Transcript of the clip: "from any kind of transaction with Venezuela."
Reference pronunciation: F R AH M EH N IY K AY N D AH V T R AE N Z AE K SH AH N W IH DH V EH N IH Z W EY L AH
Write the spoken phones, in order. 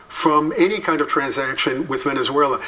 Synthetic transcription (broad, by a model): F R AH M EH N IY K AY N D AH V T R AE N Z AE K SH AH N W IH DH V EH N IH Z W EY L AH